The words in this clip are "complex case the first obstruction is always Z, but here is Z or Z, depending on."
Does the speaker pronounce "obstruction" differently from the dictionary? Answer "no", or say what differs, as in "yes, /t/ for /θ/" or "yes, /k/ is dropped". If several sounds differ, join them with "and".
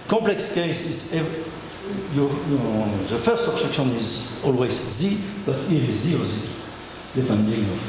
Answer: yes, /ɹ/ is dropped